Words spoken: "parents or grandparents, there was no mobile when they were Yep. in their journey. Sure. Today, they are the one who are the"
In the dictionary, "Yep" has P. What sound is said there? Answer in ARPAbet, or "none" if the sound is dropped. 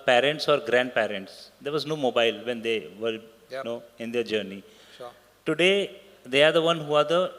none